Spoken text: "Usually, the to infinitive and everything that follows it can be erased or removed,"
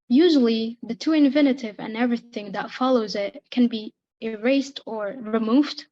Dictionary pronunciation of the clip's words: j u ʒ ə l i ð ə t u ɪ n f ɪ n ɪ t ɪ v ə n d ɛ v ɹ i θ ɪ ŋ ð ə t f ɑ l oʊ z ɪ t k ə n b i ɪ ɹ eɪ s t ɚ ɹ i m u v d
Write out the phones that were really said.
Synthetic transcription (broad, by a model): j u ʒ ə l i ð ə t u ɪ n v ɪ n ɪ t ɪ v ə n ɛ v ɹ i θ ɪ ŋ ð ə t f ɑ l oʊ z ɪ t k ə n b i ɪ ɹ eɪ s t ɚ ɹ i m u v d